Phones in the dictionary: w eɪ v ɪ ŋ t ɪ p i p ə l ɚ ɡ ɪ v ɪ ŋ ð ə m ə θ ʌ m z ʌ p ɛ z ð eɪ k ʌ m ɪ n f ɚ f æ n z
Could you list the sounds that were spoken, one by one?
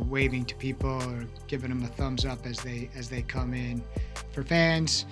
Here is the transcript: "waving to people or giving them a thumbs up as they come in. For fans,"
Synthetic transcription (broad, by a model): w eɪ v ɪ ŋ t ɪ p i p l ɚ ɡ ɪ v ɪ ŋ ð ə m ə θ ʌ m z ʌ p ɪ z ð eɪ k ʌ m ɪ n f ɚ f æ n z